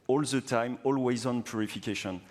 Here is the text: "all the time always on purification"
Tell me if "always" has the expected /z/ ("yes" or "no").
yes